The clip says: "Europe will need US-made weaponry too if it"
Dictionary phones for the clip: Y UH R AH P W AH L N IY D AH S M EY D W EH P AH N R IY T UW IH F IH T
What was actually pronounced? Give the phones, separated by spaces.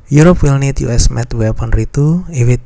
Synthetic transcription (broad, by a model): Y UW R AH P W AH L N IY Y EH S M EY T W EH P AH N R IY T UW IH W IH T